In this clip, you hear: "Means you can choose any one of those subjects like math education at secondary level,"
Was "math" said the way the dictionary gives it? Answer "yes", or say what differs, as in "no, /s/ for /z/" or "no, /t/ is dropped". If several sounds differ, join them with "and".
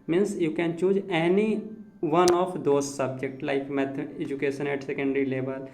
no, /t/ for /θ/